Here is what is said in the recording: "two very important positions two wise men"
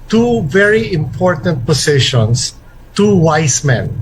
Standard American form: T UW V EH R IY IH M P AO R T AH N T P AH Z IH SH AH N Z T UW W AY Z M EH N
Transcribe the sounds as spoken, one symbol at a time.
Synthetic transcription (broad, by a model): T UW V EH R IY IH M P AO R T AH N T P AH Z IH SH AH N S T UW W AY S M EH N